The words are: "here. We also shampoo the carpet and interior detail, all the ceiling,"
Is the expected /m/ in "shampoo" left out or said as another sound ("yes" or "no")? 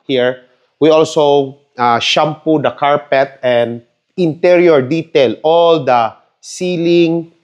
no